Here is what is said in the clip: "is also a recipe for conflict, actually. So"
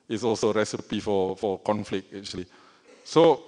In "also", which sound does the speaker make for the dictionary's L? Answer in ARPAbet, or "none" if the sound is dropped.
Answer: L